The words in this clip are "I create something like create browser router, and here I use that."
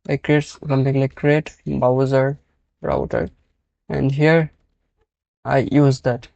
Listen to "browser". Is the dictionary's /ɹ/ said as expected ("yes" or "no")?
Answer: no